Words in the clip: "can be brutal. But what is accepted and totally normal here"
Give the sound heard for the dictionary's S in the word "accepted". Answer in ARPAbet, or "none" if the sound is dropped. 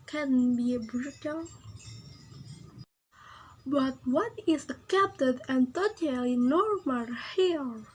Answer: none